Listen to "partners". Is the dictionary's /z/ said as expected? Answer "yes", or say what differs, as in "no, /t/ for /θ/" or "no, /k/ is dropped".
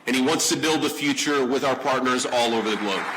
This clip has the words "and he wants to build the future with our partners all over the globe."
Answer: yes